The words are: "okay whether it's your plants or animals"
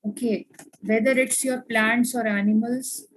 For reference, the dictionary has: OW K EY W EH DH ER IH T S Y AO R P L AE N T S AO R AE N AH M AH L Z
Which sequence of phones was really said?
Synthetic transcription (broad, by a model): OW K EY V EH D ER IH T S Y AO R P L AE N T S AO R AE N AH M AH L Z